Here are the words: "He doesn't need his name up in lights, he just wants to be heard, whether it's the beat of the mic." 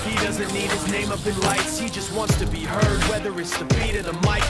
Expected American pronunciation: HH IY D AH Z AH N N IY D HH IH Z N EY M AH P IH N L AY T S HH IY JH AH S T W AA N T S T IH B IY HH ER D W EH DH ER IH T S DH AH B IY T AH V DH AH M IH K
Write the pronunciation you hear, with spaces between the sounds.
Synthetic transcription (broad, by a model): HH IY D AH Z AH N N IY D HH IH Z N EY M AH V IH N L AY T S HH IY JH AH S T W AA N T S T IH B IY HH ER D W EH DH ER IH T S DH AH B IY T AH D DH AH M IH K